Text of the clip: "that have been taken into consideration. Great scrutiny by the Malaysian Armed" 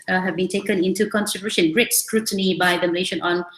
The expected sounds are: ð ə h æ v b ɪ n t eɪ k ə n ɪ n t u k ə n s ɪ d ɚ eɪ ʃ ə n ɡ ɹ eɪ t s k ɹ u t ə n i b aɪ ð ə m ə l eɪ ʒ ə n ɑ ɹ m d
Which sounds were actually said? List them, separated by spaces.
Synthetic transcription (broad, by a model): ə h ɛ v b ɪ n t eɪ k ə n ɪ n t u k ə n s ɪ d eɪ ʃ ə n ɡ ɹ eɪ t s k ɹ u t ə n i b aɪ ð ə m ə l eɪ ʃ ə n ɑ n